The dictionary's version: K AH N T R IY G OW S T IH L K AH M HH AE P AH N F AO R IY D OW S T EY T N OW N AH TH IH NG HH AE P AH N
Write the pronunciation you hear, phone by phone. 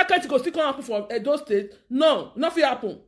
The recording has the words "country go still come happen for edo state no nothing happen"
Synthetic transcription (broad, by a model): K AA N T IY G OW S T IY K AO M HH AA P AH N F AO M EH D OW S T EY T N OW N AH F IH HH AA P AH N